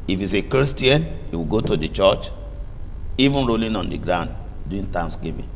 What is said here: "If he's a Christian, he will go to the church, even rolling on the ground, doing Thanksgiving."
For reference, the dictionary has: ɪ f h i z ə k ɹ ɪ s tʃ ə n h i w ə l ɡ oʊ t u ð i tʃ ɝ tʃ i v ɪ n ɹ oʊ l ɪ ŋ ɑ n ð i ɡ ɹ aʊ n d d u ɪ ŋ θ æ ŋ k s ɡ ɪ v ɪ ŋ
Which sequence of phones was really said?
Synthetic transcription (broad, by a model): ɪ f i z ə k ɹ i s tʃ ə n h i w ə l ɡ oʊ t u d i tʃ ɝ tʃ i v ɪ n ɹ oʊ l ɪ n ɑ n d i ɡ ɹ aʊ n d d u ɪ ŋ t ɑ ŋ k s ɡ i v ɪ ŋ